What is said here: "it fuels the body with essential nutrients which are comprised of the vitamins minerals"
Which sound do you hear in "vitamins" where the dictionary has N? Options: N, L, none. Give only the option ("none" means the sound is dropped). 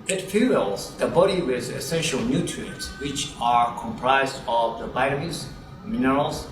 none